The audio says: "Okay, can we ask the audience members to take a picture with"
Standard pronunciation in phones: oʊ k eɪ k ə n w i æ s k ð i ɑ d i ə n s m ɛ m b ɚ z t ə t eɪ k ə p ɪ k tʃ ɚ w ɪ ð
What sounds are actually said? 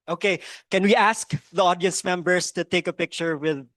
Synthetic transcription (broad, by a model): oʊ k eɪ k ə n w i æ s k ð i ɑ d i ə n s m ɛ m b ɚ s t ə t eɪ k ə p ɪ k tʃ ɚ w ɪ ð